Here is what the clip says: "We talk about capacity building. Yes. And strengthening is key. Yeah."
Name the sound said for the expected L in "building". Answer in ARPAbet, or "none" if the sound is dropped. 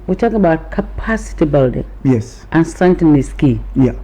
L